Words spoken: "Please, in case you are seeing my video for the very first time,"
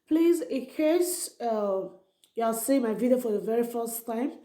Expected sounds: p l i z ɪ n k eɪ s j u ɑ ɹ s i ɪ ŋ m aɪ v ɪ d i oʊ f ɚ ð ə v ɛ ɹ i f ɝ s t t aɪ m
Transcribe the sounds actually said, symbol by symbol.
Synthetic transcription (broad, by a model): p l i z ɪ k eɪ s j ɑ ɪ l s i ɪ m aɪ v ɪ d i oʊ f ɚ ð ə v ɛ ɹ i f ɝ s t t aɪ m